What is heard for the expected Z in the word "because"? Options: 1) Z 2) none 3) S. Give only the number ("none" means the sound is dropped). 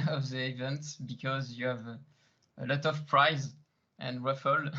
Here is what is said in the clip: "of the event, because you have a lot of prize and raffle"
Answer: 1